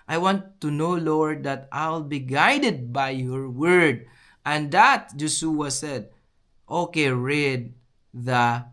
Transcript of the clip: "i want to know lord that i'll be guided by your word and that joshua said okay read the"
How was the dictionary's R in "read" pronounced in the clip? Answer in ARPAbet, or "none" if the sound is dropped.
R